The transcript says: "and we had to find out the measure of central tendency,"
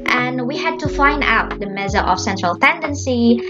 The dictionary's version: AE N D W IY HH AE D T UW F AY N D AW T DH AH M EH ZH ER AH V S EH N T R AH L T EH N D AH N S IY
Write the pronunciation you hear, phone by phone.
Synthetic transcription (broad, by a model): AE N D W IY HH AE D T UW F AY N D AW T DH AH M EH Z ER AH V S EH N T R AH L T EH N D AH N S IY